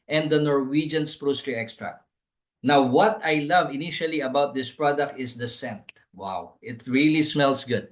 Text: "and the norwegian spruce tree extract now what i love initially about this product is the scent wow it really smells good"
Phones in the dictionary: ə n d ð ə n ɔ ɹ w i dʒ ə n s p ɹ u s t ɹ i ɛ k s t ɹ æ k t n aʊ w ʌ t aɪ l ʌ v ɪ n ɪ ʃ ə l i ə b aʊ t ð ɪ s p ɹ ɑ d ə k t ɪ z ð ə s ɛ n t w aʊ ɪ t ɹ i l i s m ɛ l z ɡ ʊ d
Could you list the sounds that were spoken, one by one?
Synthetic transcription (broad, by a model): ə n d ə n ɔ ɹ w i dʒ ə n s p ɹ u s t ɹ i ɛ k s t ɹ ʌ n aʊ w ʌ t aɪ l ʌ v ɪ n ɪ ʃ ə l i ə b aʊ t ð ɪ s p ɹ ɑ d ə k t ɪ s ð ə s ɛ n t w aʊ ɪ t ɹ i l i s m ɛ l s ɡ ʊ d